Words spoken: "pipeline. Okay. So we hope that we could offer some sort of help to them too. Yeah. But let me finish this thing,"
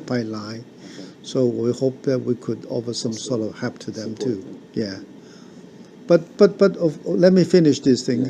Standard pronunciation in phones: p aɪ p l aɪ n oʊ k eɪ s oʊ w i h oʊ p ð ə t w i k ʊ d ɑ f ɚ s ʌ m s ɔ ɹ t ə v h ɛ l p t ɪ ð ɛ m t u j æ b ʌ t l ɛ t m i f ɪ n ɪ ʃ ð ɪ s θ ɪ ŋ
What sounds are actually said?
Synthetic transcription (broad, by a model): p aɪ l aɪ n s oʊ w i h oʊ p ð ə t w i k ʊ d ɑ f ɚ s ʌ m s ɔ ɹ t ə v h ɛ p t ɪ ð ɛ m t u j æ b ʌ t l ɛ t m i f ɪ n ɪ ʃ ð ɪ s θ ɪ ŋ